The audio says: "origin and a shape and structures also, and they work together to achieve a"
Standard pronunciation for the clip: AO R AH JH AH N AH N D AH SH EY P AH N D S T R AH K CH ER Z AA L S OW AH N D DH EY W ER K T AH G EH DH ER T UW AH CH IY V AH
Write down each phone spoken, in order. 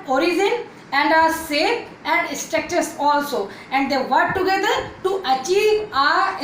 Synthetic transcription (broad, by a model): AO R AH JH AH N AH N D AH S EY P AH N D S T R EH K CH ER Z AA L S OW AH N D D EY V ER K T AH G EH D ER T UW AH CH IY V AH